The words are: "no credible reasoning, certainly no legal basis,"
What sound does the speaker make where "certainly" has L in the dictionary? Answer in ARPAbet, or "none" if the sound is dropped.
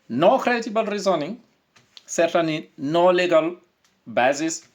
none